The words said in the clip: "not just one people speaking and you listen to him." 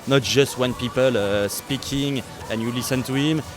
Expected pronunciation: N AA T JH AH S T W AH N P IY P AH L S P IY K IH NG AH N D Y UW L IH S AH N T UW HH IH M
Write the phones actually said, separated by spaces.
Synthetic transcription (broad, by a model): N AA T JH AH S T W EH N P IY P AH L S P IY K IH NG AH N Y UW L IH S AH N T UW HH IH M